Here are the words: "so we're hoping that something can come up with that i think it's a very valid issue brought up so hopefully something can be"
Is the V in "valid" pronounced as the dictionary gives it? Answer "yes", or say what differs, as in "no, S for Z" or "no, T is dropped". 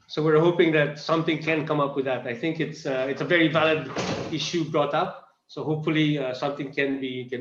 yes